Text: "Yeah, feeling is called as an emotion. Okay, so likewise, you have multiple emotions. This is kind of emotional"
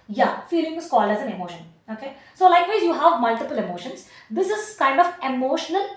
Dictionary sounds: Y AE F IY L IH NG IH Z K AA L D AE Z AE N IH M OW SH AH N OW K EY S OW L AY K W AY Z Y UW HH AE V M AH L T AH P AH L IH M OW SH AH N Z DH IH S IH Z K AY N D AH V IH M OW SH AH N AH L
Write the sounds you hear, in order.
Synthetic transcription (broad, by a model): Y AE F IY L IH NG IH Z K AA L AE Z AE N IH M OW SH AH N OW K EY S OW L AY K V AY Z Y UW HH AE V M AH L T AH P AH L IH M OW SH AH N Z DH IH S IH Z K AY N D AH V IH M OW SH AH N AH L